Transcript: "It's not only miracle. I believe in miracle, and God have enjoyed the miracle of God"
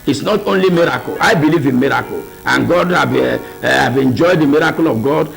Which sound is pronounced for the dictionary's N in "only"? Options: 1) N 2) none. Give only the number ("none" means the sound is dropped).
1